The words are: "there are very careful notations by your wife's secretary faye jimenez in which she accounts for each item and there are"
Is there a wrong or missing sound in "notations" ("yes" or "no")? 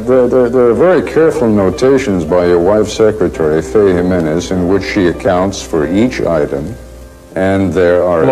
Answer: no